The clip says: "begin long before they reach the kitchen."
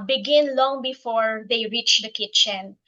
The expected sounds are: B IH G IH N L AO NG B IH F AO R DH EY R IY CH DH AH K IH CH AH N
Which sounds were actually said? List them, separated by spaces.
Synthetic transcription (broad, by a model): B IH G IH N L AO NG B IH F AO R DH EY R IY CH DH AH K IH CH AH N